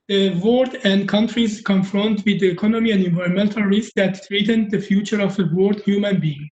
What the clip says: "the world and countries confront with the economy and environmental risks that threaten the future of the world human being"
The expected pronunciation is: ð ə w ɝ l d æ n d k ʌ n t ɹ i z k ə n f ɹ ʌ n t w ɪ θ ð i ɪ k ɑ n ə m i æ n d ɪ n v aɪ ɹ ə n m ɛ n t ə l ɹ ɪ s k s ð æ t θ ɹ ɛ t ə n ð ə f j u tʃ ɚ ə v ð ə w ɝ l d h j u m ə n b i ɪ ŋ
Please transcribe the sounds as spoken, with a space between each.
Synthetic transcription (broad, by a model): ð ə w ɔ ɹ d æ n d k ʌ n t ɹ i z k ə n f ɹ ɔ n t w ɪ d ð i ɪ k ɑ n ə m i æ n d ɪ n v aɪ ɹ ə n m ɛ n t ə l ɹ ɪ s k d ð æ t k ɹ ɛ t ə n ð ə f j u tʃ ɚ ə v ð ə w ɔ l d h j u m ə n b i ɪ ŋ